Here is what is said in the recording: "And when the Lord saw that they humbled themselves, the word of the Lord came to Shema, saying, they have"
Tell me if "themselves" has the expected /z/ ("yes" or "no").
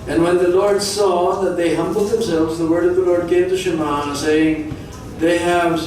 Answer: yes